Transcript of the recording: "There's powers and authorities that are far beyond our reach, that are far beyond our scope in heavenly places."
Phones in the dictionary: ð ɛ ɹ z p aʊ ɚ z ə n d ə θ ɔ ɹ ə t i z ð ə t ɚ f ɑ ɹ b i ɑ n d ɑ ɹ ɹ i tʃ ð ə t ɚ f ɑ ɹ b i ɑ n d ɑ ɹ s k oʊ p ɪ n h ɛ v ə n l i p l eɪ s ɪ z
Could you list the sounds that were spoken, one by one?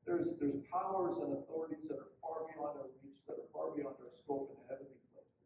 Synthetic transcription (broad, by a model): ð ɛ ɹ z p aʊ ɚ z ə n ə θ ɔ ɹ ə t i z ð ə t ɚ f ɑ ɹ b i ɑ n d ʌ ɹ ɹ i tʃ ð ə t ɚ f ɑ ɹ b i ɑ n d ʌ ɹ s k oʊ p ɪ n h ɛ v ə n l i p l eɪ ɪ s